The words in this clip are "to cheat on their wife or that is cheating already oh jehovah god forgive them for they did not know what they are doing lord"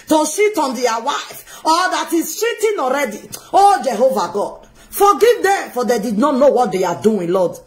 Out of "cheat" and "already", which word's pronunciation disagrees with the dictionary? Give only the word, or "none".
cheat